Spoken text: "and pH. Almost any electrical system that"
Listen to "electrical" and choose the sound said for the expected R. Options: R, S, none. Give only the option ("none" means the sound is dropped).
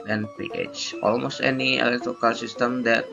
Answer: none